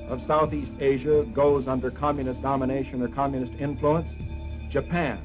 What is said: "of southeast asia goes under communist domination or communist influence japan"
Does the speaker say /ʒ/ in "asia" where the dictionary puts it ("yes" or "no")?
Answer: yes